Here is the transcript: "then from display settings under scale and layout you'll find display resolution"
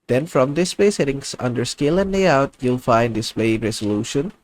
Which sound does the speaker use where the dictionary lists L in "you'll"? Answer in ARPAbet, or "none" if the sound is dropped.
L